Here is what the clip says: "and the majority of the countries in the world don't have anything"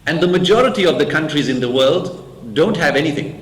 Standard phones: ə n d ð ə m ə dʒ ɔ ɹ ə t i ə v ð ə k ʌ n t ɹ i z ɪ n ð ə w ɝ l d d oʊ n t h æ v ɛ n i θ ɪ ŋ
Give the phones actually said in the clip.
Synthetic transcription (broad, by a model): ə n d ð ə m ə dʒ ɔ ɹ ə t i ə v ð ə k ʌ n t ɹ i z ɪ n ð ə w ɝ l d d oʊ n t h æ v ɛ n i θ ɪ ŋ